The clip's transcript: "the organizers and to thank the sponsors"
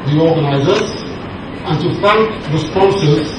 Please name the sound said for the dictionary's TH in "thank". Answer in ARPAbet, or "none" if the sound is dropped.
F